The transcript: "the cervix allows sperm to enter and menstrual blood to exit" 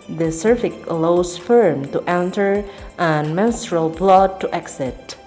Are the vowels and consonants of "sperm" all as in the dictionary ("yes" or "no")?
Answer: no